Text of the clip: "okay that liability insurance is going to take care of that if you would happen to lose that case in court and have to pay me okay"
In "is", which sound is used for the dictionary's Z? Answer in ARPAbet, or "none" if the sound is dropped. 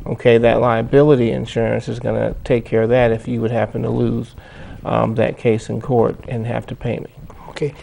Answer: Z